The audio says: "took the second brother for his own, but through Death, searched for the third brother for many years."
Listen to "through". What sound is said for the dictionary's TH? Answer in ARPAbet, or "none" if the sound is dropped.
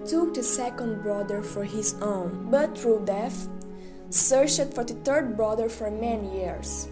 T